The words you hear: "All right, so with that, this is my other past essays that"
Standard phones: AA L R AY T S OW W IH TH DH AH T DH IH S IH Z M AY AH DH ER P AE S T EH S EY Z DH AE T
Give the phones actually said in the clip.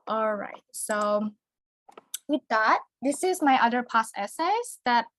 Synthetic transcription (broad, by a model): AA L R AY T S OW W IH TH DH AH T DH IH S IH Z M AY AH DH ER P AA S EH S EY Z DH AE T